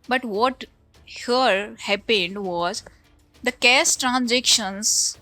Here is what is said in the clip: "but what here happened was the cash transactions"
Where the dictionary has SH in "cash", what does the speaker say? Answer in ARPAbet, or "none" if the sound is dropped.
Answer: S